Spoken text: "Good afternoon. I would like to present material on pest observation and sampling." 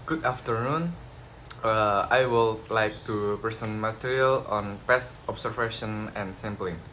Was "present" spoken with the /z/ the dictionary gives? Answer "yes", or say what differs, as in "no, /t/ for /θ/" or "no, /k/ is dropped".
no, /s/ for /z/